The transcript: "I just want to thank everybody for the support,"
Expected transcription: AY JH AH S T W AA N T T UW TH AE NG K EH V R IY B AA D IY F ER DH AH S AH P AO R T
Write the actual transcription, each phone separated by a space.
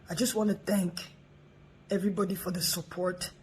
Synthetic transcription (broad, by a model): AY JH AH S T W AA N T T UW TH AE NG K EH V R IY B AA D IY F ER DH AH S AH P AO R T